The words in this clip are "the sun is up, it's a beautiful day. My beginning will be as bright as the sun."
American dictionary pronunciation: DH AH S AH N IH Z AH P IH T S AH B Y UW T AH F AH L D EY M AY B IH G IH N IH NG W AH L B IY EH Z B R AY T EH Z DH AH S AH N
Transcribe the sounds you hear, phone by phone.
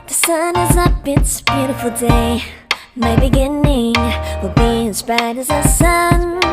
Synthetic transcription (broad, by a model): DH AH S AH N IH Z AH B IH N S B Y UW T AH F L D EY M AY B IH G IH N IH NG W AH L B IY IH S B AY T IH Z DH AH S AH N